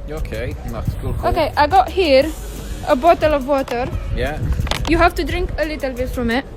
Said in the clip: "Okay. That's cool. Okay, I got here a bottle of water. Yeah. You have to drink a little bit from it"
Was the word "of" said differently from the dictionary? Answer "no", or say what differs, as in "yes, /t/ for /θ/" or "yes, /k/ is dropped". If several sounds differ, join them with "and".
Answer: no